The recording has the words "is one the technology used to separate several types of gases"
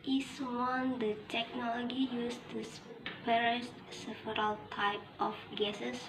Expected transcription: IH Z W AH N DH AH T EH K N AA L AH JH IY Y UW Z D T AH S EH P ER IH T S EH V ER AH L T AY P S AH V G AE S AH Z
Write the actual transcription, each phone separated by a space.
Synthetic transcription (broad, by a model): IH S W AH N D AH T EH K N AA L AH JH IY Y UW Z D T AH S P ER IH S S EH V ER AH L T AY P AH F G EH S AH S